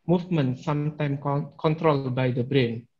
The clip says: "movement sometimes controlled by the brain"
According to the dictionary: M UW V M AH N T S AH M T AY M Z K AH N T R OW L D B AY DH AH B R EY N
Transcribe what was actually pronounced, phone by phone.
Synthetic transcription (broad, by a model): M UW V M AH N S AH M T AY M K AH N T R OW L B AY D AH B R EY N